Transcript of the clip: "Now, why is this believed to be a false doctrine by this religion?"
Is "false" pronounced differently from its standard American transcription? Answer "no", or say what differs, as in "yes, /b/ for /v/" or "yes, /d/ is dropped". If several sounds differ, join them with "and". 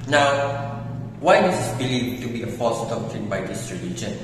yes, /l/ is dropped